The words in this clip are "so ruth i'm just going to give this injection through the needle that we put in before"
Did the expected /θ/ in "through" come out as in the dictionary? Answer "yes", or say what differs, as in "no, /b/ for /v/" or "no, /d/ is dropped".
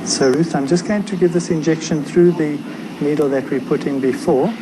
yes